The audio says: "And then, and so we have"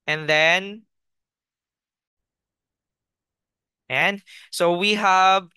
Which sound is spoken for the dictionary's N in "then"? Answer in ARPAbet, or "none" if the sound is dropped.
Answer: N